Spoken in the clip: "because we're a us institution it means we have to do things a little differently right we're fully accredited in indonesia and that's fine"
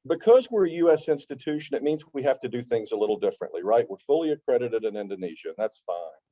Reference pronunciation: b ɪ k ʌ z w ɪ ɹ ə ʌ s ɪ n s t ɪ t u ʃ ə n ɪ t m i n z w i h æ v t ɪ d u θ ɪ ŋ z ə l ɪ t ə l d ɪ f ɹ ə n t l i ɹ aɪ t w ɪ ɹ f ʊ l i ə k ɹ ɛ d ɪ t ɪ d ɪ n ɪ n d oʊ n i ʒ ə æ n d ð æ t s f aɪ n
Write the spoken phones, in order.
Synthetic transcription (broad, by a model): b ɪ k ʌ z w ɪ ɹ ə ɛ s ɪ n s t ɪ t u ʃ ə n ɪ t m i n z w i h æ f t ɪ d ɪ θ ɪ ŋ z ə l ɪ t l d ɪ f ɹ ə n t l i ɹ aɪ t w ɪ ɹ f ʊ l i ə k ɹ ɛ d ɪ t ɪ d ɪ n ɪ n d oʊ n i ʒ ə n ð æ t s f aɪ n